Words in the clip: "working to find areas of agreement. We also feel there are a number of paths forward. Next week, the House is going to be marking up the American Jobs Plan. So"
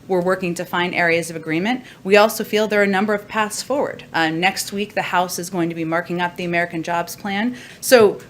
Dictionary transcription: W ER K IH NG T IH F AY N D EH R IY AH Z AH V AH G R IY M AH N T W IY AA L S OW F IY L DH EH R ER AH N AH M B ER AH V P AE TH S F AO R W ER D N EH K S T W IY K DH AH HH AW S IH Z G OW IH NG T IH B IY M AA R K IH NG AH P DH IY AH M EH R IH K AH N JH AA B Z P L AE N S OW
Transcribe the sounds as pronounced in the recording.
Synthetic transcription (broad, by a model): W ER K IH NG T IH F AY N D EH R IY AH Z AH V AH G R IY M AH N T W IY AA L S OW F IY L DH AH R AH N AH M B ER AH V P AE TH S F AO R W ER D N EH K S T W IY K DH AH HH AW S IH Z G OW IH NG T IH B IY M AA R K IH NG AH P DH IY AH M EH R IH K AH N JH AA B Z P L AE N S OW